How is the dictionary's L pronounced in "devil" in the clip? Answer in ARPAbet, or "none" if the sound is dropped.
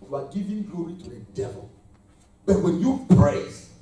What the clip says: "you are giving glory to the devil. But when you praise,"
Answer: L